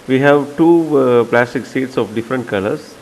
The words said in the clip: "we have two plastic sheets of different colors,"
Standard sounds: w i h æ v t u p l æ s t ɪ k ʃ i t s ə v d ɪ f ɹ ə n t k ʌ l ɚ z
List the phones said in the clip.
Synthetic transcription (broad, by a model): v i h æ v t u p l æ s t ɪ k s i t s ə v d ɪ f ɹ ə n t k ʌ l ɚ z